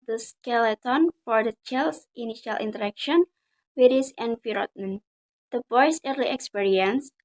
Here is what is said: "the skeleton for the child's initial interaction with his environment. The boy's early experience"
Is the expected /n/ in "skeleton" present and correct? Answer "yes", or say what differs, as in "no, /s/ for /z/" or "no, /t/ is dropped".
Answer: yes